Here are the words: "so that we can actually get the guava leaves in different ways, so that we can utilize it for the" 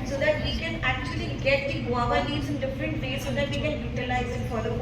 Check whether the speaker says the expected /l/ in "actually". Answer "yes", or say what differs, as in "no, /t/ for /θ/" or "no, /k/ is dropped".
yes